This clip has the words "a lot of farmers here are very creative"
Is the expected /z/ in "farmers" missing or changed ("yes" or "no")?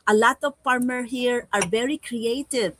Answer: yes